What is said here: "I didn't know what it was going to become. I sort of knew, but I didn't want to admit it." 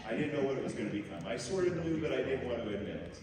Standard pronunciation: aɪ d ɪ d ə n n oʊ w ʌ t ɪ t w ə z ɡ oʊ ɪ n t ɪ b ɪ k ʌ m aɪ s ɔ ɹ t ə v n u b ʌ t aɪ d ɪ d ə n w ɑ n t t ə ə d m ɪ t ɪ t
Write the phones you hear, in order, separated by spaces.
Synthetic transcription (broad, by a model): aɪ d ɪ d n n oʊ w ʌ t ɪ t w ə z ɡ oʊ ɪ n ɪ b ɪ k ʌ m aɪ s ɔ ɹ t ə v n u b ʌ t aɪ d ɪ d n w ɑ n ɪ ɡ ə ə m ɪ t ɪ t